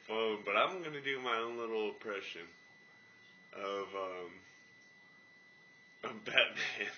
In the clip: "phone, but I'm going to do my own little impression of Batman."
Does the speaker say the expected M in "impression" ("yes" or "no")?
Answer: no